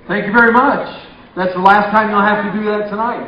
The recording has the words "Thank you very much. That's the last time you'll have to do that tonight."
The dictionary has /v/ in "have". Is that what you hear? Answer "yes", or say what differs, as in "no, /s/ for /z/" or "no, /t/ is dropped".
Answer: no, /f/ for /v/